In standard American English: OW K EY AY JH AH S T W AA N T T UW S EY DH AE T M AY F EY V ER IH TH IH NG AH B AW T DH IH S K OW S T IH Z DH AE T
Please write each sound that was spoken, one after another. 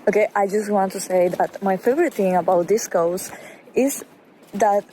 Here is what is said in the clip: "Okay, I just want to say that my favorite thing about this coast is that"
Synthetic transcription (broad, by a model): OW K EY AY JH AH S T W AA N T T UW S EY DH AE T M AY F EY V ER IH T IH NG AH B AW T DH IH S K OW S IH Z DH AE T